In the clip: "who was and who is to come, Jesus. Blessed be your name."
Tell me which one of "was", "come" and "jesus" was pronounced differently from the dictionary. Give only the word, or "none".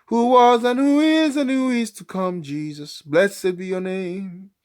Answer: none